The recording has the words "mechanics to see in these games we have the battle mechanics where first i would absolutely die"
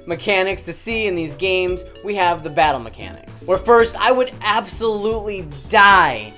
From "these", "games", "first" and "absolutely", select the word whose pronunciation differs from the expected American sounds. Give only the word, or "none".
none